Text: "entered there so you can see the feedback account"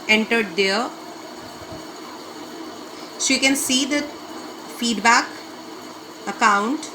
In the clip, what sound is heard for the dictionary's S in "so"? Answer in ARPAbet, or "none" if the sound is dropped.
SH